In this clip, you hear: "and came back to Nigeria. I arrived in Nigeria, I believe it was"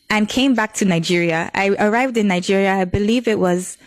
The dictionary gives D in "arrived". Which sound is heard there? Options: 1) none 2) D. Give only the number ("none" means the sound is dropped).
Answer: 2